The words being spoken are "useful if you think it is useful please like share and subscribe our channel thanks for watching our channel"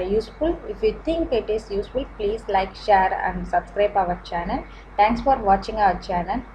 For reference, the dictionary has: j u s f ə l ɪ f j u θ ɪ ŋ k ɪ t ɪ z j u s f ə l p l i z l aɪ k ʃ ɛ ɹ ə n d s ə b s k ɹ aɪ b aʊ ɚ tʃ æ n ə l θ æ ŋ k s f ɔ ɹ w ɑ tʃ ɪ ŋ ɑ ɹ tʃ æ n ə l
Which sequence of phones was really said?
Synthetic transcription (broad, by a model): j u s f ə l ɪ f j u t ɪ ŋ k ɪ t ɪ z j u s f ə l p l i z l aɪ k ʃ ɛ ɹ ə n d s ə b s k ɹ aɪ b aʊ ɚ tʃ æ n ə l t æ ŋ k s f ɔ ɹ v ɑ tʃ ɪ ŋ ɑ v tʃ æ n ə l